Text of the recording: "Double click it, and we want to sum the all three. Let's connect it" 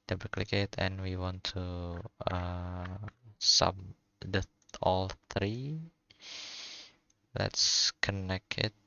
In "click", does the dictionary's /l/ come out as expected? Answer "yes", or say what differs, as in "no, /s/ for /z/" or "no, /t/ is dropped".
yes